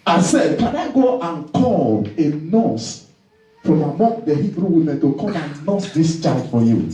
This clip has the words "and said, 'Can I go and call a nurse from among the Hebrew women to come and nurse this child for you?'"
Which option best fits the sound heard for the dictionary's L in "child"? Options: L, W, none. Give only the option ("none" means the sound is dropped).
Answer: none